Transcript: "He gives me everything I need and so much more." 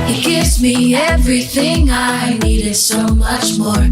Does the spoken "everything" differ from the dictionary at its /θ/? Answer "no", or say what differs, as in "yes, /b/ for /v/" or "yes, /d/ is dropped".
no